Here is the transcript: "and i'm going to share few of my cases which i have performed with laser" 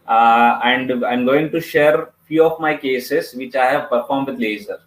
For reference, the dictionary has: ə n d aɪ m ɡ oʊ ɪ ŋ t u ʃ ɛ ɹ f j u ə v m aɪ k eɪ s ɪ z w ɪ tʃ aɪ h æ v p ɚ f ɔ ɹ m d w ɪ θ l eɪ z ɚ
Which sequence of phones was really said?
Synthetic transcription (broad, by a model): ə n d aɪ m ɡ oʊ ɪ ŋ t u ʃ ɛ ɹ f j u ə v m aɪ k eɪ s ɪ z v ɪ tʃ aɪ h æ v p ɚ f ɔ ɹ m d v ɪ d l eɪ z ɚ